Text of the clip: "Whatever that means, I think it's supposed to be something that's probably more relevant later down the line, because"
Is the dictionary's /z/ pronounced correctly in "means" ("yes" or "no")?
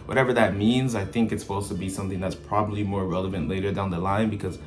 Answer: yes